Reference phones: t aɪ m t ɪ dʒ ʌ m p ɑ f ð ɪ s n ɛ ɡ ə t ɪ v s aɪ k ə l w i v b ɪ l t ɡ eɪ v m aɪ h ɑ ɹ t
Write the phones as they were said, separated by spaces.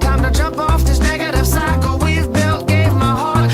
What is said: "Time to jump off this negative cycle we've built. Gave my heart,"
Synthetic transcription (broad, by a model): t aɪ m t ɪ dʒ ʌ m p ɑ f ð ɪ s n ɛ ɡ ə t ɪ v s aɪ k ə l w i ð b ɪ l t ɡ eɪ v m aɪ h ɑ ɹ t